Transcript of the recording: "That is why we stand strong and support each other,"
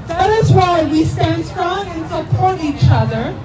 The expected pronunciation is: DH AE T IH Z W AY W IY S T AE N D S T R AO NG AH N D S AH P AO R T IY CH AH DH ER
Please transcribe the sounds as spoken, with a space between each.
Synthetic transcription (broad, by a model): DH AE T IH Z W AY W IY S T AE N D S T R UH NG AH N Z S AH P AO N IY CH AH DH ER